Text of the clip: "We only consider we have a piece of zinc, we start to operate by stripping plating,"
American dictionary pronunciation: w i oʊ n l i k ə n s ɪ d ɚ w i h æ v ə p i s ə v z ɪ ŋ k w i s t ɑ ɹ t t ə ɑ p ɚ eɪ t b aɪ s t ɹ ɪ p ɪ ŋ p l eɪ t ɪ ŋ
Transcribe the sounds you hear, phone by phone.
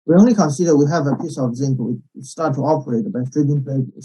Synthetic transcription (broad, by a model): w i oʊ n l i k ə n s ɪ d ɚ w i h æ v ə p i s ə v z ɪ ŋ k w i s t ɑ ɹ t t ə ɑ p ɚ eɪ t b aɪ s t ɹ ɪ b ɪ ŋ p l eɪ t